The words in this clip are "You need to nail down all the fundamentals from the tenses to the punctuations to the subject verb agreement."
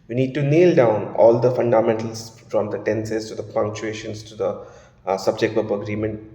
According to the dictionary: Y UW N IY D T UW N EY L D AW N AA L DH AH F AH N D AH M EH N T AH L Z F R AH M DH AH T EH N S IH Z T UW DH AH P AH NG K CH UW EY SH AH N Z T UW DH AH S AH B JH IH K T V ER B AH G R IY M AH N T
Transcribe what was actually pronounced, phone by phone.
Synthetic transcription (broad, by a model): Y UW N IY D T UW N EY L D AW N AA L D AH F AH N D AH M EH N T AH L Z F R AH M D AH T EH N S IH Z T UW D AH P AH NG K CH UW EY SH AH N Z T UW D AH S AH B JH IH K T P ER AH G R IY M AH N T